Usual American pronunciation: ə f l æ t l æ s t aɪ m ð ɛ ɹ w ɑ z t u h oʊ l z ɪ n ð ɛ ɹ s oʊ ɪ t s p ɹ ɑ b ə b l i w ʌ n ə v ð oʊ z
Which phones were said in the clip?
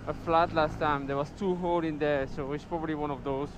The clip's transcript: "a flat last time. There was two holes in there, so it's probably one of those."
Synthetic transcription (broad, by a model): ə f l æ t l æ s t aɪ m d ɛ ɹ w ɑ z t u h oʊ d ɪ n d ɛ s oʊ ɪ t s p ɹ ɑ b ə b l i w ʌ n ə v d oʊ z